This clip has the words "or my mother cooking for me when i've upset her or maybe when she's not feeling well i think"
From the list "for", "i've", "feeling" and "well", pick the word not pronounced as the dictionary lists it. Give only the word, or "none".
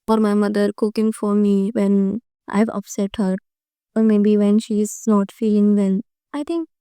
well